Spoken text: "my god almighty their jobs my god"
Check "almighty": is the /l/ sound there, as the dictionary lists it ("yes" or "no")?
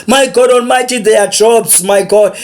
no